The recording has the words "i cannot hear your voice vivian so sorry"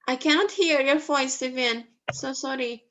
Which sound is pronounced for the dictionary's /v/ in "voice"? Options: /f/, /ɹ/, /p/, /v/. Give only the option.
/f/